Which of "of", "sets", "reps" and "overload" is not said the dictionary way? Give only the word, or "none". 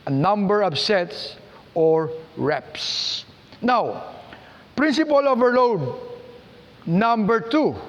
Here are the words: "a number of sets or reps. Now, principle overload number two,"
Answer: of